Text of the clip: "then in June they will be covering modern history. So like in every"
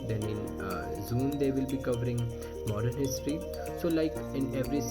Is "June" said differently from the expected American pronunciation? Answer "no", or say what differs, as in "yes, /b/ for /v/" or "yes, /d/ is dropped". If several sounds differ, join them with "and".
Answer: yes, /z/ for /dʒ/